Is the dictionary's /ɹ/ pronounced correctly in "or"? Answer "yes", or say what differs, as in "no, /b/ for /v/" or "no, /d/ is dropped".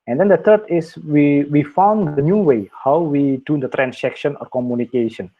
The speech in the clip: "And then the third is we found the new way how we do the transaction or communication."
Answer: yes